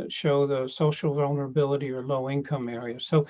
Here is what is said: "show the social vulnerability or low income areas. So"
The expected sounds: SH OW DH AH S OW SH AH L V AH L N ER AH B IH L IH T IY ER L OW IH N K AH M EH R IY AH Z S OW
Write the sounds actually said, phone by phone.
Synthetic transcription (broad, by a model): SH OW DH AH S OW SH L V AH L N ER AH B IH L IH T IY ER L OW IH N K AH M EH R IY AH Z S OW